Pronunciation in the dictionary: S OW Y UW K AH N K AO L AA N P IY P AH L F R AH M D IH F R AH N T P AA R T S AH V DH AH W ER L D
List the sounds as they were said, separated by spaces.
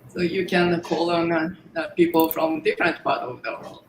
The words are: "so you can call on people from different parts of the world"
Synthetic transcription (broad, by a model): S OW Y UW K AH N K AO L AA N P IY P L F R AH M D IH F R AH N T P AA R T AH V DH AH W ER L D